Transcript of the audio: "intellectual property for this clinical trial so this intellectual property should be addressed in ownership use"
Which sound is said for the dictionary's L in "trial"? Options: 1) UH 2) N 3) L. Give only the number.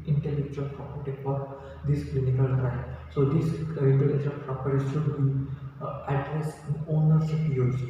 2